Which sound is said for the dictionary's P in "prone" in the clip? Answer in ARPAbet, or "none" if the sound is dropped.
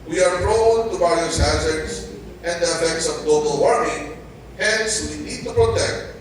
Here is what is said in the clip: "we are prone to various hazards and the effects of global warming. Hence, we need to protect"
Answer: F